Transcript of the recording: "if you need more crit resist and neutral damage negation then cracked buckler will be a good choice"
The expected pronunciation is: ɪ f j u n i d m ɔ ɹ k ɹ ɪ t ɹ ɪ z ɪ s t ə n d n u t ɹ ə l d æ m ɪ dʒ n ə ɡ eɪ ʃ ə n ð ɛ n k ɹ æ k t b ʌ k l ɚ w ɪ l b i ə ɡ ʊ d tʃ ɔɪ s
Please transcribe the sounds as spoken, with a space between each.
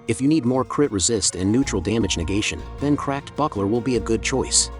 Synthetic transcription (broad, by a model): ɪ f j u n i d m ɔ ɹ k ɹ ɪ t ɹ ɪ z ɪ s t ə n n u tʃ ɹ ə l d æ m ɪ dʒ n ə ɡ eɪ ʃ ə n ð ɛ n k ɹ æ k t b ʌ k l ɚ w ɪ l b i ə ɡ ʊ d tʃ ɔɪ s